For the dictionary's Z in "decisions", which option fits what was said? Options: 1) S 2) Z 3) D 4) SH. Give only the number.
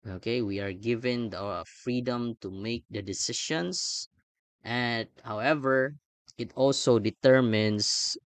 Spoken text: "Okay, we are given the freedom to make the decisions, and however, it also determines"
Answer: 1